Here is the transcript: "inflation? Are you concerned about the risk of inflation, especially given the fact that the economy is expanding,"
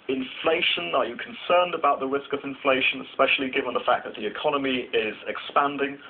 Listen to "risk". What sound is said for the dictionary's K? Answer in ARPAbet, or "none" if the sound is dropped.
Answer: K